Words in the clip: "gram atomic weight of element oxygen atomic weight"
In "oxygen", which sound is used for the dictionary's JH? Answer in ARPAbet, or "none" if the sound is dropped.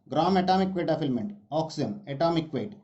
none